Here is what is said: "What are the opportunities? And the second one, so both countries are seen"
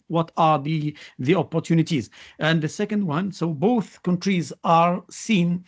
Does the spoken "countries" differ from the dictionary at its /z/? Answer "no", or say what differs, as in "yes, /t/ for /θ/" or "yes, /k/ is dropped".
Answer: no